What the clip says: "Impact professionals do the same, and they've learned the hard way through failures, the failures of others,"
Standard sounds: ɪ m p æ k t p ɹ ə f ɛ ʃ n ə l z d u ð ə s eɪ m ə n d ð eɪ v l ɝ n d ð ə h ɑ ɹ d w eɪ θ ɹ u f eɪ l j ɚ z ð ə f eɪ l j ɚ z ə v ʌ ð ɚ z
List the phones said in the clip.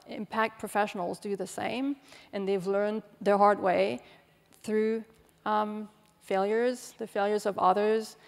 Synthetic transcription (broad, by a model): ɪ m p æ k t p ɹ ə f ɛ ʃ n l z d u ð ə s eɪ m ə n ð eɪ v l ɝ n ð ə h ɑ ɹ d w eɪ θ ɹ u f eɪ l j ɚ z ð ə f eɪ l j ɚ z ə v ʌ ð ɚ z